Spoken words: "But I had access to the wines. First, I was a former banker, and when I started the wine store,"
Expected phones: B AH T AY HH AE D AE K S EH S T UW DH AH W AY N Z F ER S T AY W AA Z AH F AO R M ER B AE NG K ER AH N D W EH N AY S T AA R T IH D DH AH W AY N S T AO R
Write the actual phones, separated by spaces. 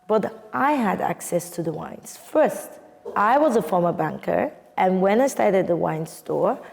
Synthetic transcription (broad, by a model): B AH T AY HH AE D AE K S EH S T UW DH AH W AY N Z F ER S T AY W AA Z AH F AO R M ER B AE NG K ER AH N W EH N AY S T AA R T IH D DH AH W AY N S T AO R